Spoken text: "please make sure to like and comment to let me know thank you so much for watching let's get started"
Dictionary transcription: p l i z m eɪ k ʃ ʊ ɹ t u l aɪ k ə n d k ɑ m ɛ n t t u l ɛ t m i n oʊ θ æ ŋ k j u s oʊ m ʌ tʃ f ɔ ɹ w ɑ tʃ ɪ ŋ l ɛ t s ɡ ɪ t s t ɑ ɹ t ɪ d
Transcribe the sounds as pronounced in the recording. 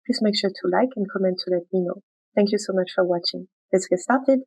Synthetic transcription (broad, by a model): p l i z m eɪ k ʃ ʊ ɹ t u l aɪ k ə n k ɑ m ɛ n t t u l ɛ t m i n oʊ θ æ ŋ k j u s oʊ m ʌ tʃ f ɔ ɹ w ɑ tʃ ɪ ŋ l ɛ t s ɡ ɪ s t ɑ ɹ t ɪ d